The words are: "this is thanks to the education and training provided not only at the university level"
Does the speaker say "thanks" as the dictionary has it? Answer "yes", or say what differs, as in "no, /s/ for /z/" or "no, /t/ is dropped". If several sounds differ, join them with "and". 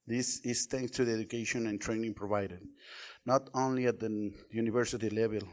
no, /t/ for /θ/